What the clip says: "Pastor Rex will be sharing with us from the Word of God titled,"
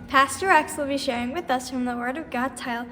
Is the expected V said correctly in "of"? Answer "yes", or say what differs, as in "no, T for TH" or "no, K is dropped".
yes